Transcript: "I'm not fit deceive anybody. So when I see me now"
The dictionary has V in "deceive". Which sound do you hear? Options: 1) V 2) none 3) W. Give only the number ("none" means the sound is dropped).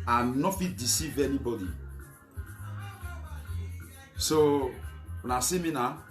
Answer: 1